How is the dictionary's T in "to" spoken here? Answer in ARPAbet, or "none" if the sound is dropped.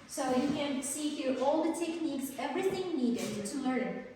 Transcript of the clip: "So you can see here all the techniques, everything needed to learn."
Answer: T